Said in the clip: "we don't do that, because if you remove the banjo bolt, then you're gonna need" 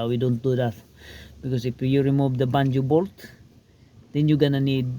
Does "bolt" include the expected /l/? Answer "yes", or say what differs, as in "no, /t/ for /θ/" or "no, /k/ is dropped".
yes